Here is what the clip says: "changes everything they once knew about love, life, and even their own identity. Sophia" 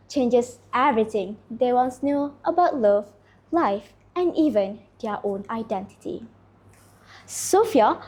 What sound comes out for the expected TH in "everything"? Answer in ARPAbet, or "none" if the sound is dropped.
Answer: T